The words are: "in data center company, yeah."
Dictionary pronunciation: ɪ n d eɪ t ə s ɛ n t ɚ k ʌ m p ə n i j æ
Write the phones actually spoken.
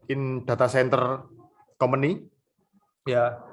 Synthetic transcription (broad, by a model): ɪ n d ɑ t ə s ɛ n t ɚ k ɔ m ə n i j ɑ